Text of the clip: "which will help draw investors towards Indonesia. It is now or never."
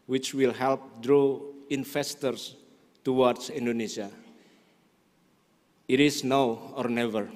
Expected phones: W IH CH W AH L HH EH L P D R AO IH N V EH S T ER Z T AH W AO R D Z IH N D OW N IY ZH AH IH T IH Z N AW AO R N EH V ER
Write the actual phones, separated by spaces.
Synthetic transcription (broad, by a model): W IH CH W AH L HH EH L P D R AO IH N F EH S T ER S T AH W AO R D S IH N D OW N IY S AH IH T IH S N AW AO R N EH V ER